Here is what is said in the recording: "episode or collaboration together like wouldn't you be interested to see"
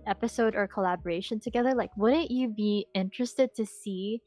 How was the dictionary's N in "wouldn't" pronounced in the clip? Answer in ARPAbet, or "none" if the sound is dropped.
none